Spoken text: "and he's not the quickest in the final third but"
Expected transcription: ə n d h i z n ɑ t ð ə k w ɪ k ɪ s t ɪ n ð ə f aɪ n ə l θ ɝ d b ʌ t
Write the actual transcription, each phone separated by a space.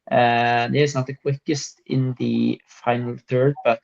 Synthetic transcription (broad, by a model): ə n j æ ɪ s n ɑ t ð ə k w ɪ k ɪ s t ɪ n ð ə f aɪ n ə l θ ɝ d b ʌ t